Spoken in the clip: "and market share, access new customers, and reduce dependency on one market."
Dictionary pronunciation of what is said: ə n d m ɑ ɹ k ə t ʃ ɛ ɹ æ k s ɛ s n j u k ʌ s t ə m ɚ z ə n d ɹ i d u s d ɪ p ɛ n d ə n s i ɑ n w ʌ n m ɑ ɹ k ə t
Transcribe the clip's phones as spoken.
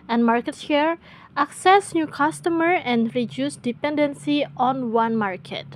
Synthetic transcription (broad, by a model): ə n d m ɑ ɹ k ə t ʃ ɛ ɹ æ k s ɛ s n j u k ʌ s t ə m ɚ ə n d ɹ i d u s d ɪ p ɛ n d ə n s i ɑ n w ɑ n m ɑ ɹ k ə t